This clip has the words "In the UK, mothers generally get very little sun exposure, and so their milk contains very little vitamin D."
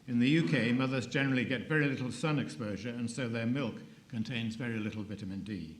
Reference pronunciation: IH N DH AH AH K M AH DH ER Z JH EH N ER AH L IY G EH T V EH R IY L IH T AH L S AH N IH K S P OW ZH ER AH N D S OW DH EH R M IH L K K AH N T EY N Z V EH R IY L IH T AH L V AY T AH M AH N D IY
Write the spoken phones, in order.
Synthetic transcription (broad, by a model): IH N DH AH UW K M AH DH ER Z JH EH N ER L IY G EH T V EH R IY L IH T L S AH N IH K S P OW ZH ER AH N S OW DH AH R M IH L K K AH N T EY N Z V EH R IY L IH T L V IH T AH M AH N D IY